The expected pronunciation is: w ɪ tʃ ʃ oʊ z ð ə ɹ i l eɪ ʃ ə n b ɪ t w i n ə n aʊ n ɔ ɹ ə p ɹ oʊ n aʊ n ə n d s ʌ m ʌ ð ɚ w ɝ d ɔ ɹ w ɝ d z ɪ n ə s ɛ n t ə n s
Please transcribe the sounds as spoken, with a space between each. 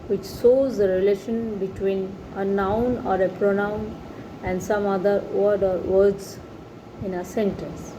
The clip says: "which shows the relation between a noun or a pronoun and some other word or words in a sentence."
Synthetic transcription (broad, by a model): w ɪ tʃ s oʊ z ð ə ɹ i l eɪ ʃ ə n b ɪ t w i n ə n aʊ n ɔ ɹ ə p ɹ oʊ n aʊ n ə n d s ʌ m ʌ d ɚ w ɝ d ɔ ɹ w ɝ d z ɪ n ə s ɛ n t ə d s